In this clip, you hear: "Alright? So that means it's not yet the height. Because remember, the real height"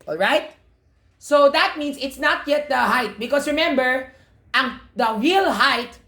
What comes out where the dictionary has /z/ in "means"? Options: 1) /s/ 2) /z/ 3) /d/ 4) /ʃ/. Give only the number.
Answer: 1